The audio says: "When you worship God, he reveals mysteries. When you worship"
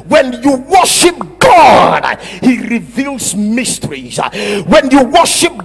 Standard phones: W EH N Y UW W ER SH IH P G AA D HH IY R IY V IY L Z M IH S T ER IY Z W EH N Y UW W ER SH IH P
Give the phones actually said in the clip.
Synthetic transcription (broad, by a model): W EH N Y UW W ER SH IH P G AA D HH IY R IY V IY L Z M IH S T ER IY Z W EH N Y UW W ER SH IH P